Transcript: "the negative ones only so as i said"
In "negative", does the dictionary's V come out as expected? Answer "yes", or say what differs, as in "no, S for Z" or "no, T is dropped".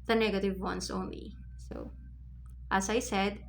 yes